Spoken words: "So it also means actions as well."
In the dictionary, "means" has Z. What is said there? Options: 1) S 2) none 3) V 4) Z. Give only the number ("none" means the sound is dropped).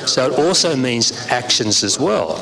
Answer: 4